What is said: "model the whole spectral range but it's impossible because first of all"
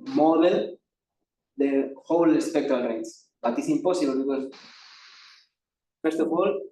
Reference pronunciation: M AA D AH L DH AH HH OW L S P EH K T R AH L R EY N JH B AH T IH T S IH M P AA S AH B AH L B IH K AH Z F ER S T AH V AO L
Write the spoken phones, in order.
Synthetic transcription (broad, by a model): M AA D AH L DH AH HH OW L S P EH K T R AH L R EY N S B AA T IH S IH M P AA S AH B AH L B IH K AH S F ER S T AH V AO L